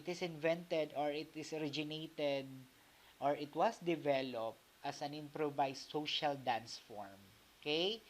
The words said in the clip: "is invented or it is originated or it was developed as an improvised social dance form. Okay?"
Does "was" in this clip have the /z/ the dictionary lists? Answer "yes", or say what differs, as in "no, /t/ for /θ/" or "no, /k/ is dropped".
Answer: no, /s/ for /z/